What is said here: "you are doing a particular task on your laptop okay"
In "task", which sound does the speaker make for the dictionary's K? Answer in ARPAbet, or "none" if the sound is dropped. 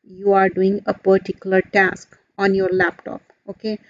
K